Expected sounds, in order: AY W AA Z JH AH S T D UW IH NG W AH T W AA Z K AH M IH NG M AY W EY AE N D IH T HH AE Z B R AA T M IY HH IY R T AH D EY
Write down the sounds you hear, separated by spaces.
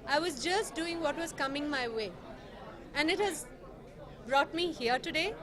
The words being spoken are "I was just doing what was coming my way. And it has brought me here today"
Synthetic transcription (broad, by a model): AY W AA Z JH AH S T D UW IH NG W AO T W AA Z K AH M IH NG M AY W EY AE N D IH T HH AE Z B R AA T M IY HH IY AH T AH D EY